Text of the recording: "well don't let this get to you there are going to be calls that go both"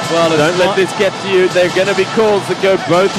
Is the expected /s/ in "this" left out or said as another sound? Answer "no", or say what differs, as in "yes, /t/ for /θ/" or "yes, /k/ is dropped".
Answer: no